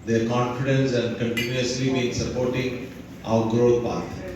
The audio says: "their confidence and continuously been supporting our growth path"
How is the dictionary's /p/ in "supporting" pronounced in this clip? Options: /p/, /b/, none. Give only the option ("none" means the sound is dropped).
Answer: /p/